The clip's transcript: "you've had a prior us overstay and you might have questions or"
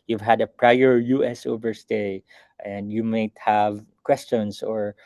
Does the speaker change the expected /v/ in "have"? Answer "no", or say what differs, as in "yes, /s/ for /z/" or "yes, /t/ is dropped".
no